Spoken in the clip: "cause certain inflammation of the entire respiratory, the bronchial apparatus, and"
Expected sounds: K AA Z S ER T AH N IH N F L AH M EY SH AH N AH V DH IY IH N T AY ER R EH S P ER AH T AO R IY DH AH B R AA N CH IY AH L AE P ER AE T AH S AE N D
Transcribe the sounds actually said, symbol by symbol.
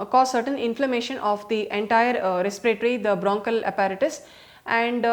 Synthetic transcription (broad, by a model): K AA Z S ER T AH N IH N F L AH M EY SH AH N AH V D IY IH N T AY ER R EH S P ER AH T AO R IY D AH B R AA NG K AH L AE P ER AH T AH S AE N D